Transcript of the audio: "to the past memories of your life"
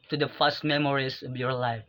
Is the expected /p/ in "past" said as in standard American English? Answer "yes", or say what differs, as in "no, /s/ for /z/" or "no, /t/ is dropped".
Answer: no, /f/ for /p/